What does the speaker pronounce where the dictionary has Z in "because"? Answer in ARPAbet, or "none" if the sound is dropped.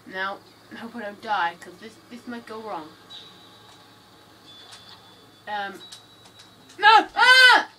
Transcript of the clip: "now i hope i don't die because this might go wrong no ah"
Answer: S